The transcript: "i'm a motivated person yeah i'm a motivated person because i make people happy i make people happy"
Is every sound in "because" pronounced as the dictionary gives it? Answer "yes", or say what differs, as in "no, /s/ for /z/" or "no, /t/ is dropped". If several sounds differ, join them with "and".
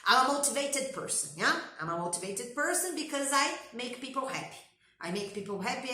yes